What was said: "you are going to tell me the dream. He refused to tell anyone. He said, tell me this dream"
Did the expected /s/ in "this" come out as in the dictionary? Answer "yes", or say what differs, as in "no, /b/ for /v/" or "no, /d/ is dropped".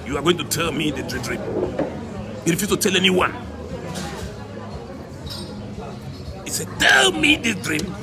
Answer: no, /s/ is dropped